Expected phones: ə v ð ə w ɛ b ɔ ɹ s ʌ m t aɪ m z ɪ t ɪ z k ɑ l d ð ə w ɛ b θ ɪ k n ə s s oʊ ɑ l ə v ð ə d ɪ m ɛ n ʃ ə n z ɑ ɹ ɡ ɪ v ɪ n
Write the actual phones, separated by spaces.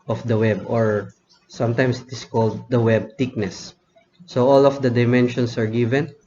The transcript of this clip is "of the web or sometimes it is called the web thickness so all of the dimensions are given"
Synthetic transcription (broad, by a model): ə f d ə w ɛ b ɔ ɹ s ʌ m t aɪ m s ɪ t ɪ s k ɑ l d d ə w ɛ b t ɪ k n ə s s oʊ ɑ l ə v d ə d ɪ m ɛ n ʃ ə n s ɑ ɹ ɡ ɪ v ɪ n